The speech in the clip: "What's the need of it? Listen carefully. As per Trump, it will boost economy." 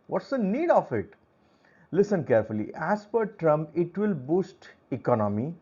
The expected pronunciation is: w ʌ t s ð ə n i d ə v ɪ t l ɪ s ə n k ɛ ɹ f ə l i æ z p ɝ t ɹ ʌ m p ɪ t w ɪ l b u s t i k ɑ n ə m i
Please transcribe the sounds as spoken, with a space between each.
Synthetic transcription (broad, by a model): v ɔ t s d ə n i d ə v ɪ t l ɪ s ə n k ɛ ɹ f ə l i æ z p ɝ t ɹ ʌ m p ɪ t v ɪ l b u s t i k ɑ n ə m i